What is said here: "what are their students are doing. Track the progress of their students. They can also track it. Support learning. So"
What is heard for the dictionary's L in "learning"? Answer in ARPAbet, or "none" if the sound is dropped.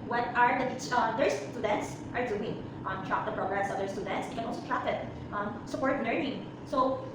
N